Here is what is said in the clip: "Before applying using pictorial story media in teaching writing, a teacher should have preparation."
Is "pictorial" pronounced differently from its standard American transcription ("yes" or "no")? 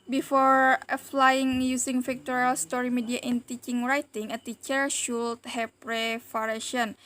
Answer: yes